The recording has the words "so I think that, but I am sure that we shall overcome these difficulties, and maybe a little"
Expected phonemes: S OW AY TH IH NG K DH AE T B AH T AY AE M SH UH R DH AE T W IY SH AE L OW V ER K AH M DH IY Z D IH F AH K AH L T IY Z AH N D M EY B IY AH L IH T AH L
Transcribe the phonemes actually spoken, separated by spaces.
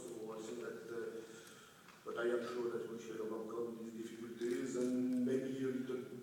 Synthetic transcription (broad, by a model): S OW AY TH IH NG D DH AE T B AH T AY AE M SH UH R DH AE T W IY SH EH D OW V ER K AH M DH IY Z D IH F AH K AH L T IY Z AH N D M EY B IY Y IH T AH